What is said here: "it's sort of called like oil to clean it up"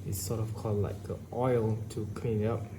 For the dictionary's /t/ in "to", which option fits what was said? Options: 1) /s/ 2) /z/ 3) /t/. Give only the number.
3